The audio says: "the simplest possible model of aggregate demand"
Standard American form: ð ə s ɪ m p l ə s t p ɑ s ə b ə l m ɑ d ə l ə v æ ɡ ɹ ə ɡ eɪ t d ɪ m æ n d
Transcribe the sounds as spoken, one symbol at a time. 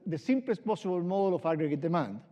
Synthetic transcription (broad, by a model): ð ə s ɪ m p l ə s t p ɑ s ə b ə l m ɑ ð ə l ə f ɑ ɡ ɹ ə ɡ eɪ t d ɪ m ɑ n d